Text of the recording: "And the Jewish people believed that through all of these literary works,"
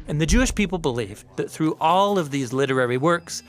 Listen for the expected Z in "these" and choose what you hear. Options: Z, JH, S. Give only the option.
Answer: Z